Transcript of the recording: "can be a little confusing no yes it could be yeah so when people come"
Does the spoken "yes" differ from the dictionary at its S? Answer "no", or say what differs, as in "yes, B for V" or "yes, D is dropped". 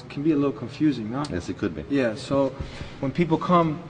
no